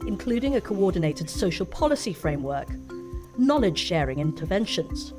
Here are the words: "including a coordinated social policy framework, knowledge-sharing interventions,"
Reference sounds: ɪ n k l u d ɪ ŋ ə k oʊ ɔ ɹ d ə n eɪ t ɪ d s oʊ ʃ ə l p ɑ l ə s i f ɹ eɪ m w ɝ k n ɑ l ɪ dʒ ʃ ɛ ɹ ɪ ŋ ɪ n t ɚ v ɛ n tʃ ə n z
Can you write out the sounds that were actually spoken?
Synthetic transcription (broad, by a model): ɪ n k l u d ɪ ŋ ə k oʊ ɔ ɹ d n eɪ t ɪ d s oʊ ʃ ə l p ɑ l ə s i f ɹ eɪ m w ɝ k n ɑ l ɪ dʒ ʃ ɛ ɹ ɪ ŋ ɪ n t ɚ v ɛ n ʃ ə n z